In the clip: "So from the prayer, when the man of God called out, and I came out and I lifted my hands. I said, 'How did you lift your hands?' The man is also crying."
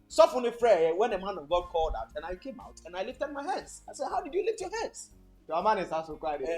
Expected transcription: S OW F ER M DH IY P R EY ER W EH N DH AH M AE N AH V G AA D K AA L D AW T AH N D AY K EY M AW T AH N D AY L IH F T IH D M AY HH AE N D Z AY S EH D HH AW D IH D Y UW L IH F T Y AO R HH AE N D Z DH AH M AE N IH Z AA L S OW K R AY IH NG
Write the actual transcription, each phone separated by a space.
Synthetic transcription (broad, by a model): S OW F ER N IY F R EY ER W EH N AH M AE N AH V G AA D K AA L D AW T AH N AY K EY M AW T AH N AY L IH F T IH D M AY HH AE N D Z AY S EH D HH AW D IH D Y UW L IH F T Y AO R HH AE N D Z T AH M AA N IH S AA S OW K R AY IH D